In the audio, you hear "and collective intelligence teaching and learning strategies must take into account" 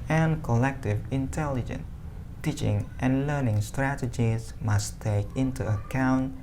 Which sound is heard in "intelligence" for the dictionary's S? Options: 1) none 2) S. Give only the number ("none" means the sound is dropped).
1